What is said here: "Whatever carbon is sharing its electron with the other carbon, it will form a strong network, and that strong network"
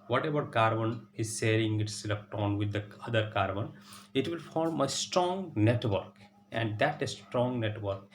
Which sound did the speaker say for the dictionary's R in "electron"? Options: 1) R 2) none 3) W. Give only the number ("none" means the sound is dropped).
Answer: 2